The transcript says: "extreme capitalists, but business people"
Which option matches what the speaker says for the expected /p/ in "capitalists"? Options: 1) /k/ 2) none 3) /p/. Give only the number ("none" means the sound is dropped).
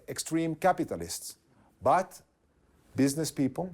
3